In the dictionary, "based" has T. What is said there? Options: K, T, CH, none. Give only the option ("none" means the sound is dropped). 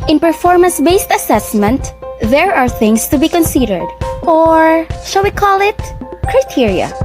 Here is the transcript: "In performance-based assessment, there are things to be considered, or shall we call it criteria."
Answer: T